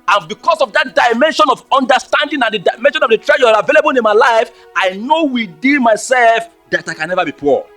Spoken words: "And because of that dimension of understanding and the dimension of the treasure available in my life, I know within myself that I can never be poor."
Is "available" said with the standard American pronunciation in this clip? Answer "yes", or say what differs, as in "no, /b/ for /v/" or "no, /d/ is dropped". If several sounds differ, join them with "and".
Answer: yes